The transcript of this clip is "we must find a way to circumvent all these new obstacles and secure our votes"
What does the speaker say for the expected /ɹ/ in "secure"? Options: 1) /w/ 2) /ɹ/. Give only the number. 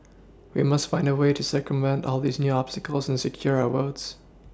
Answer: 2